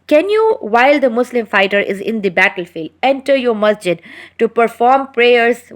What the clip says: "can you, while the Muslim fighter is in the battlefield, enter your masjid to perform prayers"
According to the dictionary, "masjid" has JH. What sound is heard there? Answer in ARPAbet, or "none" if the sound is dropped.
JH